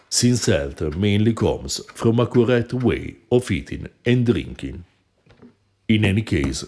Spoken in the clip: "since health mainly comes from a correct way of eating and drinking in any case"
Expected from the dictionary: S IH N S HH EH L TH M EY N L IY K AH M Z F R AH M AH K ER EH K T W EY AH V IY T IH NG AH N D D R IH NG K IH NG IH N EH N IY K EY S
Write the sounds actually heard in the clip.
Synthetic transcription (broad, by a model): S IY N S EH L T M EY N L IY K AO M S F R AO M AH K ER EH T W EY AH F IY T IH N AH N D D R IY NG K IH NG IH N EH N IY K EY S